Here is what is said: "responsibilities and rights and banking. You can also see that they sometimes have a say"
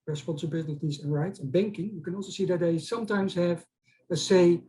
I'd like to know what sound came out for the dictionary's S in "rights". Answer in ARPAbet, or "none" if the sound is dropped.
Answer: S